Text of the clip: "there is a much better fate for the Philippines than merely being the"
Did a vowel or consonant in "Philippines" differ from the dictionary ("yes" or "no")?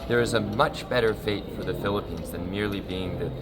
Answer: no